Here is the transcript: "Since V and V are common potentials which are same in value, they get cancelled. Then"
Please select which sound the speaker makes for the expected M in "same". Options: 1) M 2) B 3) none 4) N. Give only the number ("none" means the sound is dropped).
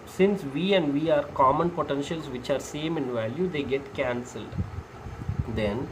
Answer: 1